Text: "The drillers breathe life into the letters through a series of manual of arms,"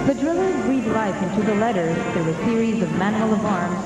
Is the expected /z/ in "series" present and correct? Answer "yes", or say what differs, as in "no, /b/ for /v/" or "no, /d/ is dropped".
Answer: yes